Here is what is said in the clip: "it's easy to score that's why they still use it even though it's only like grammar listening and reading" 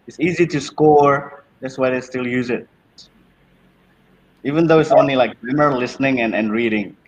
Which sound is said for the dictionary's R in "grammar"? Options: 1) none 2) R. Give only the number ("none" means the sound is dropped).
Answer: 1